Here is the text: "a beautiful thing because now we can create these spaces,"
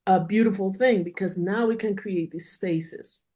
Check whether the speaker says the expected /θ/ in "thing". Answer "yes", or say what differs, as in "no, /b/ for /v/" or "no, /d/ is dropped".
yes